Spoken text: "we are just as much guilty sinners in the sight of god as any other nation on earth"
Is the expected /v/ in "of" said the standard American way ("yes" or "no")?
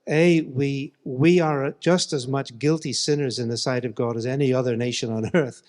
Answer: yes